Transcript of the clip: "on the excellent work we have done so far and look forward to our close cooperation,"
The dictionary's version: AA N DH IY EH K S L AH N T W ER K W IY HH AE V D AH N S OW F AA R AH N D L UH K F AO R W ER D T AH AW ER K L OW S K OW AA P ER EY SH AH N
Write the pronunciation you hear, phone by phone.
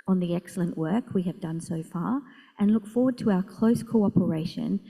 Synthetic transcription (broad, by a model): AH N DH IY EH K S L AH N T W ER K W IY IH V D AH N S OW F AA R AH N L UH K F AO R W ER D T AH AW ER K L OW S K OW AA P ER EY SH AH N